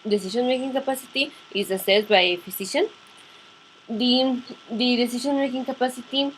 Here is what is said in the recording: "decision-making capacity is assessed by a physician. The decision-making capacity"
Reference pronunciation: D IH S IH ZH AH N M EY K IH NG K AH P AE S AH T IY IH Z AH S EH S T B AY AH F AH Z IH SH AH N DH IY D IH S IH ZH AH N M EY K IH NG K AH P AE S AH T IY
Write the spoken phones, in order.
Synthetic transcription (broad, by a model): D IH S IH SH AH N M EY K IH NG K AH P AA S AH T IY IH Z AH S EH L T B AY AH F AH S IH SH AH N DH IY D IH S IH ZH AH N M EY K IH NG K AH P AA S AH T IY